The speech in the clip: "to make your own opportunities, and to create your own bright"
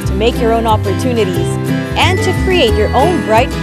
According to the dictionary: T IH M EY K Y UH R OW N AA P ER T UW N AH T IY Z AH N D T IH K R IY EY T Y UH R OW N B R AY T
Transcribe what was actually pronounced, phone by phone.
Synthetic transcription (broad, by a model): T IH M EY K Y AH R OW N AA P ER T UW N AH T IY Z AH N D T IH K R IY EY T Y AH R OW N B R AY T